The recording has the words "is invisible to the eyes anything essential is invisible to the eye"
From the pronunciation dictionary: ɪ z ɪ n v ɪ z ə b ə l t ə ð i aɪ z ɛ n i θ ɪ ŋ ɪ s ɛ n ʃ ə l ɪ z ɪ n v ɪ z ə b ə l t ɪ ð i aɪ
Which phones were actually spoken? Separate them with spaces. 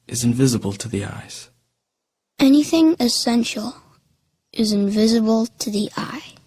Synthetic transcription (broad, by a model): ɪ z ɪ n v ɪ z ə b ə l t ə ð i aɪ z ɛ n i θ ɪ ŋ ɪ s ɛ n ʃ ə l ɪ z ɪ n v ɪ z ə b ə l t ɪ ð i aɪ